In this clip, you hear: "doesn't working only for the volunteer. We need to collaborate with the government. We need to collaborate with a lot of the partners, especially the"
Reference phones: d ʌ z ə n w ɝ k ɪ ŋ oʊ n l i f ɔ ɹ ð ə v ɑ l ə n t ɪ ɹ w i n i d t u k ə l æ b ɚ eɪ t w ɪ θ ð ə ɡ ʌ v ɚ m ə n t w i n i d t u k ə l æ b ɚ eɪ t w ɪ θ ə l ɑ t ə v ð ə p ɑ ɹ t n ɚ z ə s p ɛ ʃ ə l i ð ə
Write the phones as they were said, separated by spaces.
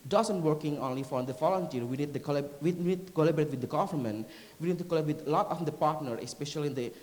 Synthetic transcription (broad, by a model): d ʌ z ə n w ɝ k ɪ ŋ oʊ n l i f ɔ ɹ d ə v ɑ l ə n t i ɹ w i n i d t u k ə l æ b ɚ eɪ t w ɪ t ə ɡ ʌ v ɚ m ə n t w i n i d t u k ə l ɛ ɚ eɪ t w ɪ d ə l ɑ t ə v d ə p ɑ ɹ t n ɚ ə s p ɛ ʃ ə l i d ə